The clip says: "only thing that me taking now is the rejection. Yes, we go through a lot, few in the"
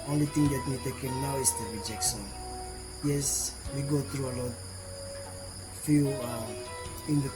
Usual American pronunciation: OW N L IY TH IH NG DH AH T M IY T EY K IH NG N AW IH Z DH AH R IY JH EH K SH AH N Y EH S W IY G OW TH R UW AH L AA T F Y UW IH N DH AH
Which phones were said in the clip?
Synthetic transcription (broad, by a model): OW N L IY T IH NG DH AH T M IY T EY K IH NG N AW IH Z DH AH R IY JH EH K SH AH N Y EH S W IY G OW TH R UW AH L AA T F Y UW IH N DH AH